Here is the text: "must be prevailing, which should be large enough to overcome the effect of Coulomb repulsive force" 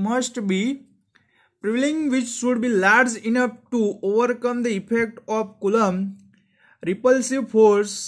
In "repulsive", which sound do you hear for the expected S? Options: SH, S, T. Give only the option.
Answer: S